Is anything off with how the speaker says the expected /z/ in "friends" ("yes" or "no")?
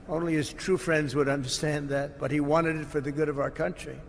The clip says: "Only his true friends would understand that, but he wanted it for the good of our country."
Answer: no